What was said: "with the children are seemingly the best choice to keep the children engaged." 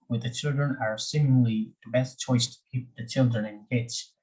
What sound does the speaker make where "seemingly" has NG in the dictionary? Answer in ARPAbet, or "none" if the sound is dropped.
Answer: none